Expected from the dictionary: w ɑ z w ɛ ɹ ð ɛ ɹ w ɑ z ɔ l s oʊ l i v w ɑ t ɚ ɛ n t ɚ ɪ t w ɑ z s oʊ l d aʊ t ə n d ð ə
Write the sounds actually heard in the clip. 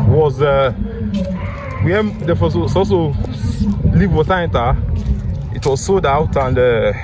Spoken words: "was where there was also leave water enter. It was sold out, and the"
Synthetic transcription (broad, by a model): w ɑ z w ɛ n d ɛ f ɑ s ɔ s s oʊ l i v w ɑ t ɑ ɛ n t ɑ ɪ t w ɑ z s oʊ d aʊ t ə n d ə